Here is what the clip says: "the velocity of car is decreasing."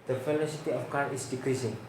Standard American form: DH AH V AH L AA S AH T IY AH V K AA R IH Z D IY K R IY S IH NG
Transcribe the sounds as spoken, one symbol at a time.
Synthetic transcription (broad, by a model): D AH F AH L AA S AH T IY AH F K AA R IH S D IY K R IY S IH NG